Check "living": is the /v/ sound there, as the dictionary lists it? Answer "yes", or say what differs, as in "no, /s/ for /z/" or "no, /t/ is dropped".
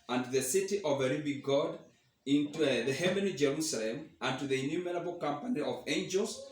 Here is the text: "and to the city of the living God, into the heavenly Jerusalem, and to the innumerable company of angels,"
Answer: no, /b/ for /v/